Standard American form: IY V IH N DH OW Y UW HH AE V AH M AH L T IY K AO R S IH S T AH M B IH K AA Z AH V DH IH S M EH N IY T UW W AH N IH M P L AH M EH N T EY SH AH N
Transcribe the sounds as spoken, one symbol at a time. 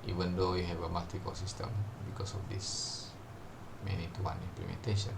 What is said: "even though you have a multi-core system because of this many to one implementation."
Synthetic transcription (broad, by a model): IY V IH N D OW Y UW HH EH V AH M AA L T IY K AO L S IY S T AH M B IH K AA S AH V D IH S M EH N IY T UW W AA N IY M P L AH M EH N T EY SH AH N